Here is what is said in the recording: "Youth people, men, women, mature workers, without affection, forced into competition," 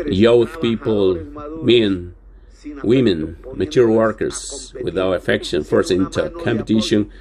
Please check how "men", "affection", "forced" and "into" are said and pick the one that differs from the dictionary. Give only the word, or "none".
forced